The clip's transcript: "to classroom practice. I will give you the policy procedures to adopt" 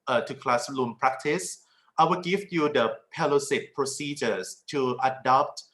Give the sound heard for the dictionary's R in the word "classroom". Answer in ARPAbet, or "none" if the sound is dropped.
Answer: L